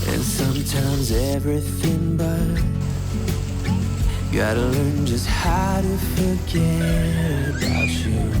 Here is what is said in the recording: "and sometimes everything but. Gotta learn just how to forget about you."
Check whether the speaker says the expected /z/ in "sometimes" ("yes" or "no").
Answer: yes